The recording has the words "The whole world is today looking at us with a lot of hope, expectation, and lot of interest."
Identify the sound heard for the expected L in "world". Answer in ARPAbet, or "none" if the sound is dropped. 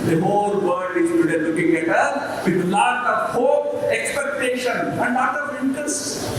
none